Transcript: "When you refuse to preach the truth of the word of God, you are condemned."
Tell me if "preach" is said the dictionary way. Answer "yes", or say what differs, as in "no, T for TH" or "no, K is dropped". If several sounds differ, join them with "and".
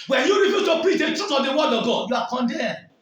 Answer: no, R is dropped